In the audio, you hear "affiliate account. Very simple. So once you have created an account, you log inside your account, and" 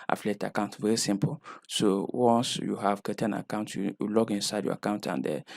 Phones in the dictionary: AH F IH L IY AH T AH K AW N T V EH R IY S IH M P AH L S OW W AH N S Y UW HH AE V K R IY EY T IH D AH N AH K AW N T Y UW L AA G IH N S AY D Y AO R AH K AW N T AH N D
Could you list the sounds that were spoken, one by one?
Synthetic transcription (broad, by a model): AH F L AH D AH K AW N T V EH R IY S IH M P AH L S OW W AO N S Y UW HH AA V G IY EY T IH AH N AH K AW N T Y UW L AA G IH N S AY D Y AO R AH K AW N T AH N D